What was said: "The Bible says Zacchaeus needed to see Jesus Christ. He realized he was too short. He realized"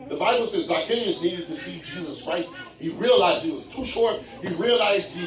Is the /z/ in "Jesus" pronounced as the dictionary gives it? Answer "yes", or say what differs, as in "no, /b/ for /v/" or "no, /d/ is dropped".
yes